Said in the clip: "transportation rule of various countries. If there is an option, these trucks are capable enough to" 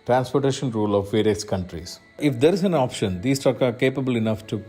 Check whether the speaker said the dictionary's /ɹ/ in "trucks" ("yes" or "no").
no